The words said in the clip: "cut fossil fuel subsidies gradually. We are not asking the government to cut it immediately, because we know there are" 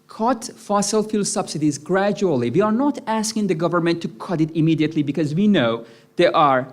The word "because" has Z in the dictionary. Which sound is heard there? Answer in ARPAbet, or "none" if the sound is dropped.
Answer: Z